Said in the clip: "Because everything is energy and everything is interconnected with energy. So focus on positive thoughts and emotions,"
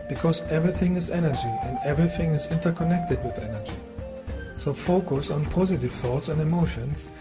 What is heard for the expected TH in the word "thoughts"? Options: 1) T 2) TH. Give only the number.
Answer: 2